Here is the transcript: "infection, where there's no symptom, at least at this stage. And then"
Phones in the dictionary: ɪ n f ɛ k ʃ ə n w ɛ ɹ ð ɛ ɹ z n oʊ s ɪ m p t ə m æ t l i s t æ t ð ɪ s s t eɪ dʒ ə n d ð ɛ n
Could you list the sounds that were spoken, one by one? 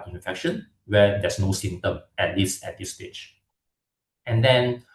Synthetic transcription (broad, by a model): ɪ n f ɛ k ʃ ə n w ɛ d ɛ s n oʊ s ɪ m t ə m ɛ t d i s ɛ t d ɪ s s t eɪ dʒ ə n d ɛ n